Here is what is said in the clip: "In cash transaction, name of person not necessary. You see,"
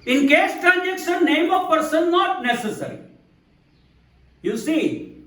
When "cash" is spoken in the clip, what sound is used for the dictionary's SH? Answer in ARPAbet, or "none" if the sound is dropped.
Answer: S